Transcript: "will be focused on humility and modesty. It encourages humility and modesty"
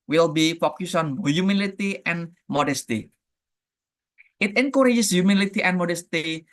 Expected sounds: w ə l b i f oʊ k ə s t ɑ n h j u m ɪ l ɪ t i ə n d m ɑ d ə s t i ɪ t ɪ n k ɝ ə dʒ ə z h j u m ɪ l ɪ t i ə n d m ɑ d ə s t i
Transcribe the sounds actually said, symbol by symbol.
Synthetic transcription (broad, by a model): w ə l b i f oʊ k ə s ɑ n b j u m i l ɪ t i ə n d m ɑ d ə s t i ɪ t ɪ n k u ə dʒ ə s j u m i l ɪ t i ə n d m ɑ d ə s t i